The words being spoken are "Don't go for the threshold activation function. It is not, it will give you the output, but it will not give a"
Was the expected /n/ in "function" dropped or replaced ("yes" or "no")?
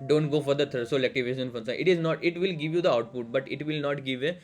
yes